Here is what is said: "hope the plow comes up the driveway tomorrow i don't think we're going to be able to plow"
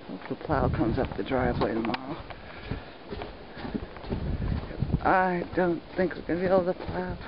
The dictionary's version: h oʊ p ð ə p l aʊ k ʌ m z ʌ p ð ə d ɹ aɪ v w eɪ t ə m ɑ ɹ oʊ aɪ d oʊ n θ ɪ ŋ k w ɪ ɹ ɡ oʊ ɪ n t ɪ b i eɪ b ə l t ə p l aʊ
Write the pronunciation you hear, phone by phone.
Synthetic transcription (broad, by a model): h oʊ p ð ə p l aʊ k ʌ m z ʌ p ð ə d ɹ aɪ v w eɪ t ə m ɑ ɹ oʊ aɪ d oʊ n θ ɪ ŋ k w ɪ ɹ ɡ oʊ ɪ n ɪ b i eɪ ə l t ə p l aʊ